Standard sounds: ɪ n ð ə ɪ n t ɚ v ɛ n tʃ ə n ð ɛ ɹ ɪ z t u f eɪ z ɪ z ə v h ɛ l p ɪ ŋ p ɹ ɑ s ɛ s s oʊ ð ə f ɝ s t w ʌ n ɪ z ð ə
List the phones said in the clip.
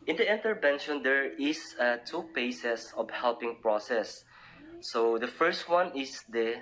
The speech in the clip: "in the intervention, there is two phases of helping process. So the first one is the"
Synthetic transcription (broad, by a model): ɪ n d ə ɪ n t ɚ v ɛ n ʃ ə n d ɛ ɹ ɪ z t u p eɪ s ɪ s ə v h ɛ l p ɪ ŋ p ɹ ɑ s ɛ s s oʊ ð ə f ɝ s t w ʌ n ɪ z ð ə